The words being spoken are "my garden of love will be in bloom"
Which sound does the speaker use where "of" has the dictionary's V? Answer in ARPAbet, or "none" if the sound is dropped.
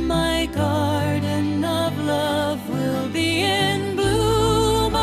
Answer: V